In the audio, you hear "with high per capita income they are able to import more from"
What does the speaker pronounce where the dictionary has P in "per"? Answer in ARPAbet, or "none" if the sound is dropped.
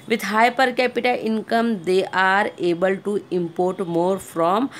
P